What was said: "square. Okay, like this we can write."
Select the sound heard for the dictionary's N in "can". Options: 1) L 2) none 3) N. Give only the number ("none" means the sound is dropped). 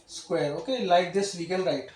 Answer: 1